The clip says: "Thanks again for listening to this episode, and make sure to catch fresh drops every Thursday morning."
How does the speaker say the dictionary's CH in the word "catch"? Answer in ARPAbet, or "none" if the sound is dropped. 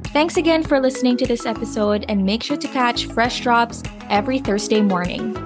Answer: CH